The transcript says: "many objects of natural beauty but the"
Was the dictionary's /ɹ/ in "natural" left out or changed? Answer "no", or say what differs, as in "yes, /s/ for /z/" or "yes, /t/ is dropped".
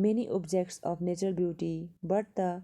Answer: yes, /ɹ/ is dropped